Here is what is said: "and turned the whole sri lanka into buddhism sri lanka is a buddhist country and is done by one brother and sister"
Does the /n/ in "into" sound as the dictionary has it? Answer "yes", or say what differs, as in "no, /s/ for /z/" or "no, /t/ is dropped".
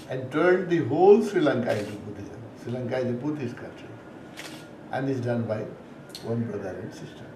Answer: no, /n/ is dropped